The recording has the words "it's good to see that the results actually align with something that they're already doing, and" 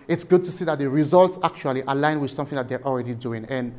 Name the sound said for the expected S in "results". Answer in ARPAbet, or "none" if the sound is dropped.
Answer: S